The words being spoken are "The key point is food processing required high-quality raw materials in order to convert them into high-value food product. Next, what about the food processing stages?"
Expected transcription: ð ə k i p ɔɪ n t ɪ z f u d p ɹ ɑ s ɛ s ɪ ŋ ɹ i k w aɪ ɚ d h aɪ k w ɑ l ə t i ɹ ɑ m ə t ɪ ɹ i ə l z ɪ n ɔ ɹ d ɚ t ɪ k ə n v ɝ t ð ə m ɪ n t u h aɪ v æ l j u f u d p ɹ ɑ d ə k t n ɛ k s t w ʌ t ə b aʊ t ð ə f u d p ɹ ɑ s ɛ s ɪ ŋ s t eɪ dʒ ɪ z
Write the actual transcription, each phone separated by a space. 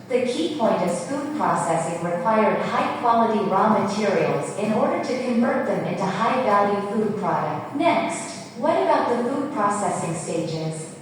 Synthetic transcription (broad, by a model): ð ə k i p ɔɪ n t ɪ z f u d p ɹ ɑ s ɛ s ɪ ŋ ɹ i k w aɪ ɚ d h aɪ k w ɑ l ə t i ɹ ɑ m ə t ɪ ɹ i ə l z ɪ n ɔ ɹ d ɚ t ɪ k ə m v ɝ t ð ə m ɪ n t u h aɪ b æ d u f u d p ɹ ɑ d ə k t n ɛ k s t w ʌ t ə b aʊ t ð ə f u d p ɹ ɑ s ɛ s ɪ ŋ s t eɪ dʒ ɪ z